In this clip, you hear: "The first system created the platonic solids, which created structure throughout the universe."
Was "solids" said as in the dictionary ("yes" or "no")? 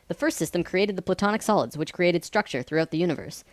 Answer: yes